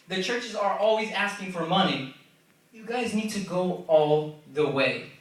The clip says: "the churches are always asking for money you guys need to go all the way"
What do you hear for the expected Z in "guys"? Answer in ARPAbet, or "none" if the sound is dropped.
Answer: Z